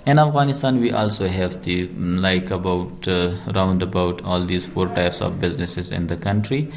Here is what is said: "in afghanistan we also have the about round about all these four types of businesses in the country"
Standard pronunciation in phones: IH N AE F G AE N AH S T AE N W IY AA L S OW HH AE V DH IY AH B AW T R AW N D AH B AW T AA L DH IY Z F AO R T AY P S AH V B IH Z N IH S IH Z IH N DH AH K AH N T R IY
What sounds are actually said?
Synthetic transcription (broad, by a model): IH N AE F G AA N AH S T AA N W IY AA L S OW HH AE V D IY AH B AW T R AW N D AH B AW T AA L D IY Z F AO R T AY P S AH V B IH Z N IH S IH Z IH N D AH K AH N T R IY